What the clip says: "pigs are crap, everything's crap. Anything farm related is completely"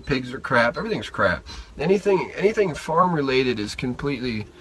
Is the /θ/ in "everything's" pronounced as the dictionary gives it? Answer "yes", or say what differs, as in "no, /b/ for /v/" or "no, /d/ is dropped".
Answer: yes